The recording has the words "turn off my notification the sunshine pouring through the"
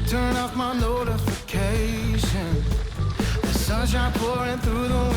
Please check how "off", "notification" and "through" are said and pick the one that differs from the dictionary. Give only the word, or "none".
none